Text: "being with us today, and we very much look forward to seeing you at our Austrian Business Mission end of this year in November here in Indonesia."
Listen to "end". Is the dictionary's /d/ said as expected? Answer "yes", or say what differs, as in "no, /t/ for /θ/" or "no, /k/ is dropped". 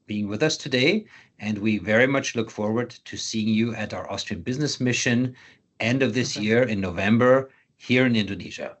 yes